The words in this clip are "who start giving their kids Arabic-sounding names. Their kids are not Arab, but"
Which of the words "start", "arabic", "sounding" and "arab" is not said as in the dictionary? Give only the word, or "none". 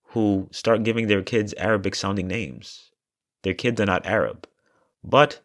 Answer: none